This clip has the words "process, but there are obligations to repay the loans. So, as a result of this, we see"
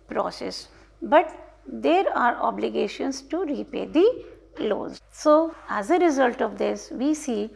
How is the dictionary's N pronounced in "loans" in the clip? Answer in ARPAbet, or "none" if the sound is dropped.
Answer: none